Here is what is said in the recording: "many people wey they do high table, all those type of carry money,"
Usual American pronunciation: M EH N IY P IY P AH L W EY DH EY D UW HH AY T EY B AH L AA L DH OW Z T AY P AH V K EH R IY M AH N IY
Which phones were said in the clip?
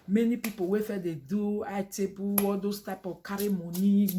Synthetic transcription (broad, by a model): M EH N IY P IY P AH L W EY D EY D UW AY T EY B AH W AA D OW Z T AY P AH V K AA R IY M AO N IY